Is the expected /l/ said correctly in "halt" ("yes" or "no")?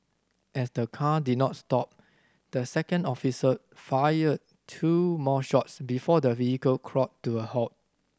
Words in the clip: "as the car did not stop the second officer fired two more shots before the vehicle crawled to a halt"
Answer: no